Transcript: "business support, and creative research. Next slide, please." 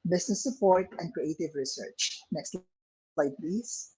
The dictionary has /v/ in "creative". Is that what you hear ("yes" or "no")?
yes